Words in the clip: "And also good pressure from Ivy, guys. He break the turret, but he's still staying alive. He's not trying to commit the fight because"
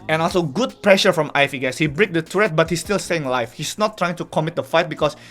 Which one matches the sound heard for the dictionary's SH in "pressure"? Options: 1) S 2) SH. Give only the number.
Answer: 2